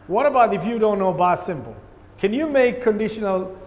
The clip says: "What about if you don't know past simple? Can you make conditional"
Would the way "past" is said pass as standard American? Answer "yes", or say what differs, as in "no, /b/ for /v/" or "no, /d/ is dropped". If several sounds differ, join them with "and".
no, /b/ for /p/